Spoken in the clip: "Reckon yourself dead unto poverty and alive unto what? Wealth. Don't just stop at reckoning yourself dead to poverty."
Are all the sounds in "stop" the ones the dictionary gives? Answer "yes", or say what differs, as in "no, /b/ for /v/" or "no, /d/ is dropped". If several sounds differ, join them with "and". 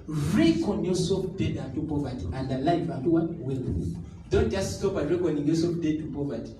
no, /b/ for /p/